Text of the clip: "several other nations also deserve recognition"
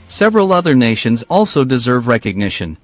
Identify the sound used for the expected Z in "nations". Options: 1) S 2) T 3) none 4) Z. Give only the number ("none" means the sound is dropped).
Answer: 4